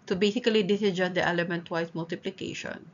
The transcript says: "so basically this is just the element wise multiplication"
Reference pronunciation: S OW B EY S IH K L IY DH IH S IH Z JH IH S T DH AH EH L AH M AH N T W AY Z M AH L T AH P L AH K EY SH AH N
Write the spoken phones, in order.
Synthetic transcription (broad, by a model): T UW B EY S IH K L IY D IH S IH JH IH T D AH EH L AH M AH N T W AY S M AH L T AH P L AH K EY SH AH N